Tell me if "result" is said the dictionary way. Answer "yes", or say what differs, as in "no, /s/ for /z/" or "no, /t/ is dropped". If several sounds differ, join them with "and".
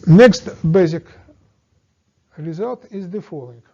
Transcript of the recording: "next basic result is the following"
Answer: yes